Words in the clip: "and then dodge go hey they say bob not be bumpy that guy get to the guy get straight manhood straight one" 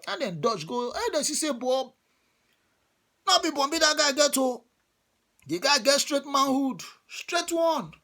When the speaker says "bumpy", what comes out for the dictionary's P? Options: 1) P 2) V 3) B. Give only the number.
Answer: 3